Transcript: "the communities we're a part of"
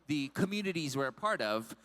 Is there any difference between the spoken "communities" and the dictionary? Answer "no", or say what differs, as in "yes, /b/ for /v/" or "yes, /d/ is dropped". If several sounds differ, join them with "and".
no